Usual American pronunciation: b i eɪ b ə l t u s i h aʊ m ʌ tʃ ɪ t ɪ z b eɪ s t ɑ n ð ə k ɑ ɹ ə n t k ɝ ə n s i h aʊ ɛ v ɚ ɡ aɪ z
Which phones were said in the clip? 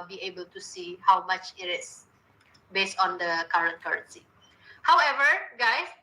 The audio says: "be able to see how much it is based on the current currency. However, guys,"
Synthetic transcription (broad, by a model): b i eɪ b ə l t u s i h aʊ m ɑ tʃ ɪ t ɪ s b eɪ s t ɑ n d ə k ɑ ɹ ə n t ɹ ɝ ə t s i h aʊ ɛ v ɚ ɡ aɪ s